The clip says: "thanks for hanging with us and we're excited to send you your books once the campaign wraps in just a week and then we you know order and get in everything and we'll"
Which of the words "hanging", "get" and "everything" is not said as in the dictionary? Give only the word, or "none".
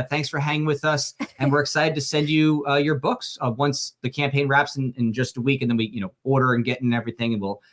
none